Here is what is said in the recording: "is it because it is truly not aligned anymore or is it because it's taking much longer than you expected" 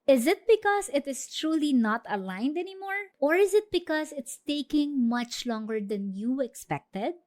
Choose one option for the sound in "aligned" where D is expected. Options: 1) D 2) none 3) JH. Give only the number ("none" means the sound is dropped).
1